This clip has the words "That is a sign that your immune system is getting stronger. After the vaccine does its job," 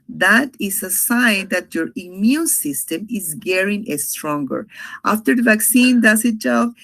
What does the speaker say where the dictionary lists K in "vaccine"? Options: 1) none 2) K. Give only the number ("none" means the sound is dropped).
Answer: 2